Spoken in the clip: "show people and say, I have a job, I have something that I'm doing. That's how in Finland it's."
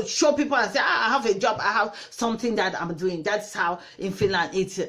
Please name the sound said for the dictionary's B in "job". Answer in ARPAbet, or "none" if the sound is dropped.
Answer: B